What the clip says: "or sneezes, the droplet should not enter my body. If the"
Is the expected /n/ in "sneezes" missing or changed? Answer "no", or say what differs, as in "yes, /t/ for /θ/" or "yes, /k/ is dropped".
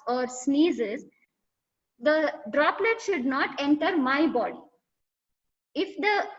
no